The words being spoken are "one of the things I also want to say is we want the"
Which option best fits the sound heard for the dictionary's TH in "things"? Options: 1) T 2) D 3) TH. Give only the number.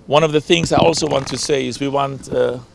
3